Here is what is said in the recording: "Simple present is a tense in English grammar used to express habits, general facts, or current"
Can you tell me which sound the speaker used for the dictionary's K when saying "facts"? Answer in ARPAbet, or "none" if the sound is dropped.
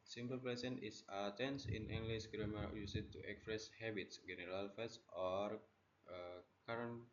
none